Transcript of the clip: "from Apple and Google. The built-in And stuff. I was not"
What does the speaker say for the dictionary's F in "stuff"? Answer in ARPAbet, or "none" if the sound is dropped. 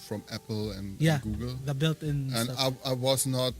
none